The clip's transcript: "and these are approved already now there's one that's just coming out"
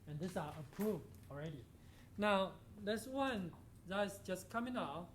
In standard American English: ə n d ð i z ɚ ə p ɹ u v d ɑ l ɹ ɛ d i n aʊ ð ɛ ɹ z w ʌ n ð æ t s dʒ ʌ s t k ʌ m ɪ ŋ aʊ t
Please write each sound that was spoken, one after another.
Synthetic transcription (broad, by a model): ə n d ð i s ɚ ə p ɹ u v d ɑ l ɹ ɛ d i n aʊ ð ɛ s w ʌ n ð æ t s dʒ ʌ s k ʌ m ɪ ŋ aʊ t